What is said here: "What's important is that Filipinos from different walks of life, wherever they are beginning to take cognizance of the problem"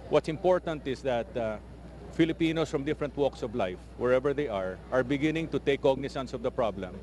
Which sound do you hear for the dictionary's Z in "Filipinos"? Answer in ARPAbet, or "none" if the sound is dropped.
S